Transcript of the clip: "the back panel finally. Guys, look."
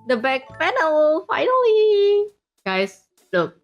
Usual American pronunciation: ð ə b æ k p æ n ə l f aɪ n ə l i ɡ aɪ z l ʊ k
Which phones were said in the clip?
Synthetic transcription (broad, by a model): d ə b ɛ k f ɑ n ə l f aɪ n ə l i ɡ aɪ s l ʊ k